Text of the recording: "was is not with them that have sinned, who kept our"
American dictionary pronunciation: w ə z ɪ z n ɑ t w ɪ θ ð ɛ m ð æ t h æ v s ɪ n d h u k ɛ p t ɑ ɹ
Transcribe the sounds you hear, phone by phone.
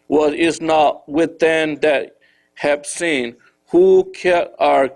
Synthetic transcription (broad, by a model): w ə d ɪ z n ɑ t w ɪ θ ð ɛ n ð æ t h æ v s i n h u k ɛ t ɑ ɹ